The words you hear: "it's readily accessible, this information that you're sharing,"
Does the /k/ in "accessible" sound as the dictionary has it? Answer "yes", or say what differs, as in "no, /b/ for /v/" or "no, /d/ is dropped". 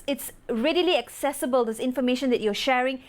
yes